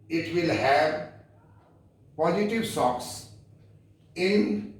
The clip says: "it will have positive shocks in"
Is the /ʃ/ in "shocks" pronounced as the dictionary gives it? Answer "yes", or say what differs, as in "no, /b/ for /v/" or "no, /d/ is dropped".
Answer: no, /s/ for /ʃ/